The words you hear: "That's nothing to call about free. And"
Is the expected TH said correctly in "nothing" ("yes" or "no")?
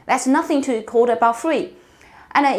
yes